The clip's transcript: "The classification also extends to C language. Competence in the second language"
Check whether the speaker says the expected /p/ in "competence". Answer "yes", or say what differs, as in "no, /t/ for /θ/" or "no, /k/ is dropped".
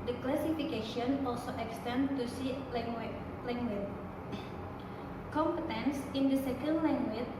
yes